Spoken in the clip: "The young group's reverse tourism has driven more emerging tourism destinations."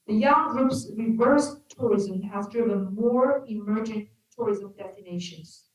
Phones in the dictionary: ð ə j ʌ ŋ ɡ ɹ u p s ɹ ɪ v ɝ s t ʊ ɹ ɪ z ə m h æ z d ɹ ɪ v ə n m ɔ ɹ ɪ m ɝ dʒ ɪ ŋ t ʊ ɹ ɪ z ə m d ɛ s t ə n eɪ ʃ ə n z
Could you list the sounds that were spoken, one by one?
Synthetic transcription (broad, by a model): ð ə j ʌ ŋ ɡ ɹ u p s ɹ ɪ v ɝ s t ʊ ɹ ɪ z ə m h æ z d ɹ ɪ v ə n m ɔ ɹ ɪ m ɝ dʒ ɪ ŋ t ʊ ɹ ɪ z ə m d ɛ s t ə n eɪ ʃ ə n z